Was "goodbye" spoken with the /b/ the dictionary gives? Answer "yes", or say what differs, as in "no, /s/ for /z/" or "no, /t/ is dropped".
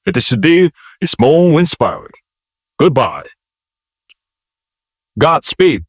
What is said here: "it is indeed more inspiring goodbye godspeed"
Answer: yes